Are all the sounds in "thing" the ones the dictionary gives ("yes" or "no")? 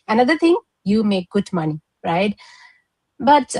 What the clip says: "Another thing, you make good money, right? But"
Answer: no